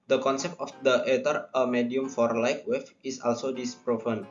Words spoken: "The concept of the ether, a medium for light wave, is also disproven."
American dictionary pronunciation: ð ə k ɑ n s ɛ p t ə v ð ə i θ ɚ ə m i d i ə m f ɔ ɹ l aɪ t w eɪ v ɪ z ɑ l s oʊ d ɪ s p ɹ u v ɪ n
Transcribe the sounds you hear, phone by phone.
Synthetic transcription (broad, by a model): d ə k ɑ n s ɛ p t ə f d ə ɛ t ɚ ə m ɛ d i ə m f ɔ ɹ l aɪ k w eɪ f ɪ s ɑ l s oʊ d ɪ s p ɹ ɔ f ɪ n